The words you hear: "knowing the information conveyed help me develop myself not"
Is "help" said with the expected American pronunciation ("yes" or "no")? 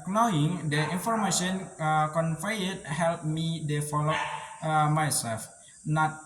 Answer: yes